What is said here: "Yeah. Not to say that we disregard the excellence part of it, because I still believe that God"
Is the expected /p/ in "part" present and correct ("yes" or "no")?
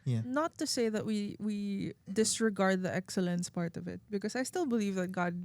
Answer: yes